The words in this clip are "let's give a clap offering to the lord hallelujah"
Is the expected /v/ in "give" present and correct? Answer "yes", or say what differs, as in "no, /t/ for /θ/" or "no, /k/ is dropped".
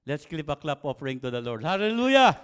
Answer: no, /p/ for /v/